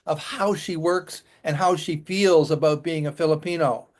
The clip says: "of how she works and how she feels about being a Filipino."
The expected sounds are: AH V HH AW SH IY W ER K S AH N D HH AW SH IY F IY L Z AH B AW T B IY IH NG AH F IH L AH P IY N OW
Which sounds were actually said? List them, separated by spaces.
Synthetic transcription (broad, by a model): AH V HH AW SH IY W ER K S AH N HH AW SH IY F IY L Z AH B AW T B IY IH NG AH F IH L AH P IY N OW